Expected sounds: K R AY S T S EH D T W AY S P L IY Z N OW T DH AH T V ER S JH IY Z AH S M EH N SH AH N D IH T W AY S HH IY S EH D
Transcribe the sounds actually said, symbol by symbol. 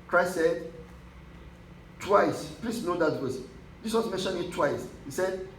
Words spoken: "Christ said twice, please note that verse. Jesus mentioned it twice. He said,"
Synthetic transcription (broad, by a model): K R AY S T S EH D T W AY S P L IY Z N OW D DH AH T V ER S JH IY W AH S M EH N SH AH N IH T W AY S HH IY S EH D